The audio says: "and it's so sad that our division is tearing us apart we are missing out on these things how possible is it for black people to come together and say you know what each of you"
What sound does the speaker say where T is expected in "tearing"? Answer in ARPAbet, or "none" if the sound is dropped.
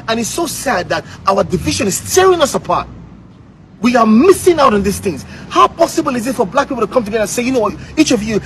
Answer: T